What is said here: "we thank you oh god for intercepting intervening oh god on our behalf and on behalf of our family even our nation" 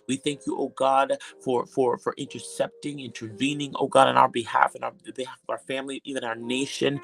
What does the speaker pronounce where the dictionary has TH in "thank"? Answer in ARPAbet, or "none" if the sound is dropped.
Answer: TH